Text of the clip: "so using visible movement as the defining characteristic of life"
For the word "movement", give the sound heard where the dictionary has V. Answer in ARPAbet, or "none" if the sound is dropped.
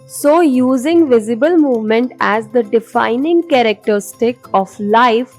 V